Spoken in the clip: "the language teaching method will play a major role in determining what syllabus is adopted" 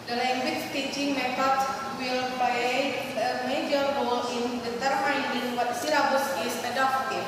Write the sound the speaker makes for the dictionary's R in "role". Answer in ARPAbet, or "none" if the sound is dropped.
W